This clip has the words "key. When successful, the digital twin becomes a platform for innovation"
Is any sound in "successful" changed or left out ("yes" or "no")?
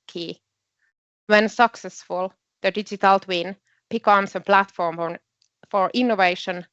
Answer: no